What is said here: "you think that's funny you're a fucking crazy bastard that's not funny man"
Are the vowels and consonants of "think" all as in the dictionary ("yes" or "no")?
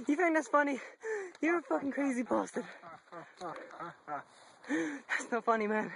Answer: no